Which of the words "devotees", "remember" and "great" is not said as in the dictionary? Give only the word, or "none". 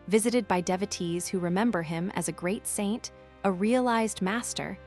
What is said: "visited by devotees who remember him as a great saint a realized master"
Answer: none